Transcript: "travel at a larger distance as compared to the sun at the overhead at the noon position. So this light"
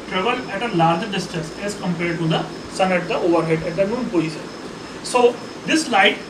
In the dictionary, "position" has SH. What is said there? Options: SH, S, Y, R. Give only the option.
S